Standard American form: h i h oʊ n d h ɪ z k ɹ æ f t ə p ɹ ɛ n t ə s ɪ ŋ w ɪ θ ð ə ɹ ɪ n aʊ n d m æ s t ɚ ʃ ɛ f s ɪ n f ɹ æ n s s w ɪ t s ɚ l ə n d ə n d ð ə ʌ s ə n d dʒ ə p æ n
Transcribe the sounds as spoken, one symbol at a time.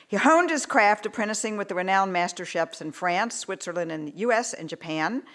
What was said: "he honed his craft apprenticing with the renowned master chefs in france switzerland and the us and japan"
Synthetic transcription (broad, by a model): h i h oʊ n d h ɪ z k ɹ æ f t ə p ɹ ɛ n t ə s ɪ ŋ w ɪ ð ə ɹ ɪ n aʊ n m æ s t ɚ ʃ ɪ p s ɪ n f ɹ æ n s s w ɪ t s ɚ l ə n d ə n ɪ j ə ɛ s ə n dʒ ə p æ n